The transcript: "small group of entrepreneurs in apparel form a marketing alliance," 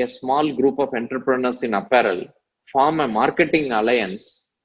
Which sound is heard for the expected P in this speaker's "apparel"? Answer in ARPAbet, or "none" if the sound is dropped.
P